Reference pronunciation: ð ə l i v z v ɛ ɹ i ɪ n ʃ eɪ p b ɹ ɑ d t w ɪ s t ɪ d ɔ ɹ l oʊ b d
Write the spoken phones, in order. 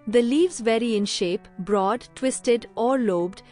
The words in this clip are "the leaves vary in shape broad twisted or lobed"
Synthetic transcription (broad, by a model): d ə l i v z v ɛ ɹ i ɪ n ʃ eɪ p b ɹ ɑ d t w ɪ s t ɪ d ɔ ɹ l oʊ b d